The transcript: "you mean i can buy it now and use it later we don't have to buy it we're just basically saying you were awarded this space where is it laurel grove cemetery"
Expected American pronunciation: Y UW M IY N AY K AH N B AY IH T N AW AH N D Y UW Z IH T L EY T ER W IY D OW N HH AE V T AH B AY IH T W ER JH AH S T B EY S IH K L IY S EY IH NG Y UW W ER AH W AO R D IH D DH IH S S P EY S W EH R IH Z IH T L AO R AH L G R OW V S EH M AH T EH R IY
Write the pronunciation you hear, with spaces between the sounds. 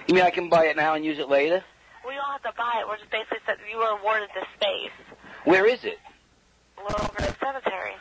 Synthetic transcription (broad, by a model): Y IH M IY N AY K AH N B AY IH T N AW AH N Y UW Z IH T L EY T ER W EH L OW L HH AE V T AH B AY IH T W ER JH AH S B EY S IH K L IY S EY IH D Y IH W ER AH W AO R D IH D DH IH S S P EY S W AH R IH Z IH T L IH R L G R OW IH S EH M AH T EH R IY